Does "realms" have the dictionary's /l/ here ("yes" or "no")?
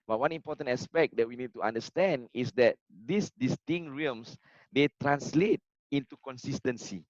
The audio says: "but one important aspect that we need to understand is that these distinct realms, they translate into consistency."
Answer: no